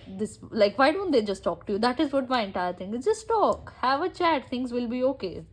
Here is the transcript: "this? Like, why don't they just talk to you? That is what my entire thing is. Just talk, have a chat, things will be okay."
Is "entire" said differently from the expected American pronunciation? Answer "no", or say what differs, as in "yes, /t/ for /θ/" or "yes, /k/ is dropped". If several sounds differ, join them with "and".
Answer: no